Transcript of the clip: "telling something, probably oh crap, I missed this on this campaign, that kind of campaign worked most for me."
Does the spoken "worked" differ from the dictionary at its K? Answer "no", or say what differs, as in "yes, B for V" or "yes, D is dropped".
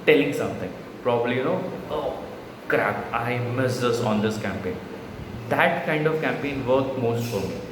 yes, K is dropped